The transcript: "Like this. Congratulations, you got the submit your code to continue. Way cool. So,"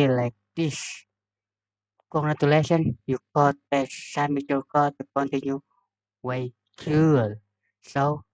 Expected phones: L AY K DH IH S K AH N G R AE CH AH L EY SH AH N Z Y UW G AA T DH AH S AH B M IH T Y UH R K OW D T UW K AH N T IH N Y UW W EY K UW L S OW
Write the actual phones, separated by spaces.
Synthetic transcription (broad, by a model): L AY K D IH S K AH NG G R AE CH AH L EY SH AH N Y UW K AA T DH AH S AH M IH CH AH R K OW T UW K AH N T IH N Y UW W EY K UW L S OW